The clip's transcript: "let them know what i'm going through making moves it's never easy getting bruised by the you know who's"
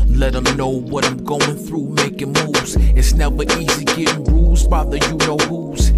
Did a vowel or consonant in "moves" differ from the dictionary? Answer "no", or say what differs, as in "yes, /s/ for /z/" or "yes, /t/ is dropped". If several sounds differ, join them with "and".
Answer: yes, /v/ is dropped